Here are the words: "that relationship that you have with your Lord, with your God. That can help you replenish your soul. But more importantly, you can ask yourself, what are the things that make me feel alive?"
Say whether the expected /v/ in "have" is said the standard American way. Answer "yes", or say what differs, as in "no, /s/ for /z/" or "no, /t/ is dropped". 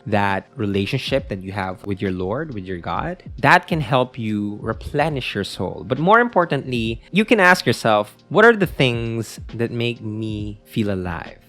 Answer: yes